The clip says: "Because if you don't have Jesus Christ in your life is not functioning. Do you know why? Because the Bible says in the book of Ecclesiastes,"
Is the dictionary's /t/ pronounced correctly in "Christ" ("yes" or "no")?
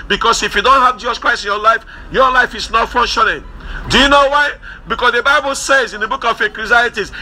no